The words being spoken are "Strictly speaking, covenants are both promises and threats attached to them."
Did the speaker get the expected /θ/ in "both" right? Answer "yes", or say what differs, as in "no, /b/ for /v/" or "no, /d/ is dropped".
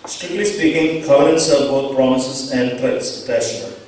no, /t/ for /θ/